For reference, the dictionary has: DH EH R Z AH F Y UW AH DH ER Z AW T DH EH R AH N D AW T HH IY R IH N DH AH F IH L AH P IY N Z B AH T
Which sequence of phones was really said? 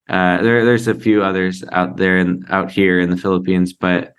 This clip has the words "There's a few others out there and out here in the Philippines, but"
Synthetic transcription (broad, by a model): DH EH R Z AH F Y UW AH DH ER Z AW T DH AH R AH N AW T HH IY R IH N DH AH F IH L AH P IY N Z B AH T